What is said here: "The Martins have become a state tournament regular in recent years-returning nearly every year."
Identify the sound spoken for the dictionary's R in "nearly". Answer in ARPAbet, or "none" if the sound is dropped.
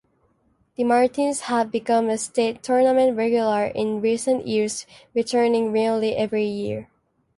L